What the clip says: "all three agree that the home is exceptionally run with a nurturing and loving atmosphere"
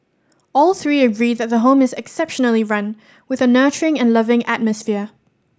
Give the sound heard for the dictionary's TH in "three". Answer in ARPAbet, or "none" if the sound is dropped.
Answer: TH